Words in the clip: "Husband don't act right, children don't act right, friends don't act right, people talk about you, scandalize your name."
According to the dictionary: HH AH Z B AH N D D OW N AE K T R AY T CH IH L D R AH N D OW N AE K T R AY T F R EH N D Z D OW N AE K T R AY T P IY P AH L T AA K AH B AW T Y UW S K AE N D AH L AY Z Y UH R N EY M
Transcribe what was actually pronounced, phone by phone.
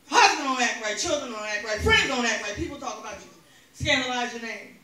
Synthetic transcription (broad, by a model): HH AH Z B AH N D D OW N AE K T R AY T CH IH L D R AH N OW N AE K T R AY T F R EH N D Z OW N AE T R AY T P IY P L T AA K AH B AW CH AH S K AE N D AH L AY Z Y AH R N EY M